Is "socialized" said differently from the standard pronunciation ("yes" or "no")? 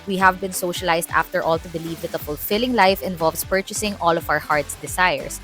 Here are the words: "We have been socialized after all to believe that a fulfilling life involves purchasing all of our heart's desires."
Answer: yes